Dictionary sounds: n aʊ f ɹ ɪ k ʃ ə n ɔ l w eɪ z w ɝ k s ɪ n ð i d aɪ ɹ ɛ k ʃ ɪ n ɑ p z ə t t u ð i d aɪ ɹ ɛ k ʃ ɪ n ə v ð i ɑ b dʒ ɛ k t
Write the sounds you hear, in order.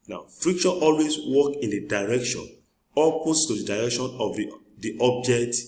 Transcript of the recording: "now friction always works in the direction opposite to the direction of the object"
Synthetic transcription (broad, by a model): n aʊ f ɹ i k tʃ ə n ɔ l w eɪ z w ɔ k ɪ n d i d aɪ ɹ ɛ k ʃ ɪ n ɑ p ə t t u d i d aɪ ɹ ɛ k ʃ ɪ n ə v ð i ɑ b dʒ ɛ k t